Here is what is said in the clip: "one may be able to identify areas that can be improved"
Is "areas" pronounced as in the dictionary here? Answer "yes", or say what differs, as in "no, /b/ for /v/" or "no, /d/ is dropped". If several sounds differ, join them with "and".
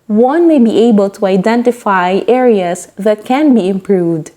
no, /s/ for /z/